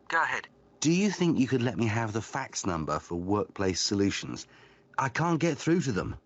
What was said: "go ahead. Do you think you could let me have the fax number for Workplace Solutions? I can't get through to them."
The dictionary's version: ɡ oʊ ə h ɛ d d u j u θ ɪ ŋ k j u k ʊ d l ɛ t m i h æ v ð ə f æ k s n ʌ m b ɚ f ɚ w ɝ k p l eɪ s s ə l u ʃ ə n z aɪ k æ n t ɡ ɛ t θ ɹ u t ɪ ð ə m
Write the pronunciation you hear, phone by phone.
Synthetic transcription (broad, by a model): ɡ oʊ ə h ɛ d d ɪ j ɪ θ ɪ ŋ k j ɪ k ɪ d l ɛ t m i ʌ v ð ə f æ k s n ʌ m b ɚ f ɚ w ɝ k p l eɪ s s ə l u ʃ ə n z aɪ k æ n ɡ ɛ t θ ɹ u t ɪ ð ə m